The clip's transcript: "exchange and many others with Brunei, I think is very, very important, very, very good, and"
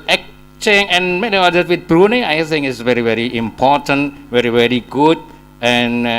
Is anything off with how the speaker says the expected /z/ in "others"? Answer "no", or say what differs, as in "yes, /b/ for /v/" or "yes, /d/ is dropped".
yes, /z/ is dropped